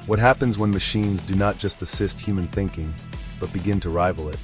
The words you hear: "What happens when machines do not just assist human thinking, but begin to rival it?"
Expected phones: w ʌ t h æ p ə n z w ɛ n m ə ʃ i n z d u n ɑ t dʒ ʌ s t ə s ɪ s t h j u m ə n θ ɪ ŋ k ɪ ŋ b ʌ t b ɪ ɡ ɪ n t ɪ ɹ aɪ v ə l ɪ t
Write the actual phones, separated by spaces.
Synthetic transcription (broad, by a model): w ʌ t h æ p ə n z w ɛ n m ə ʃ i n z d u n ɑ t dʒ ʌ s t ə s ɪ s t h j u m ə n θ ɪ ŋ k ɪ ŋ b ʌ t b ɪ ɡ ɪ n t ɪ ɹ aɪ v l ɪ t